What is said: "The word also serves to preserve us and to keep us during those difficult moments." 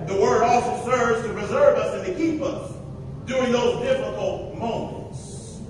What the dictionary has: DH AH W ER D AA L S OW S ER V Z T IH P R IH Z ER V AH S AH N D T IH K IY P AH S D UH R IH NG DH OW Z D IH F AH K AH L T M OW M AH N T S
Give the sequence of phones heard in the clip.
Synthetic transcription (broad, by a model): DH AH W ER D AA L S OW S ER V Z T IH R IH Z ER V AH S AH N T IH K IY P AH S D UH R IH NG DH OW Z D IH F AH K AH L T M OW M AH N T S